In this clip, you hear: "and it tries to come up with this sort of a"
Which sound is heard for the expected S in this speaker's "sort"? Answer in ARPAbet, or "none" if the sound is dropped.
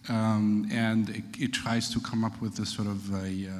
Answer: S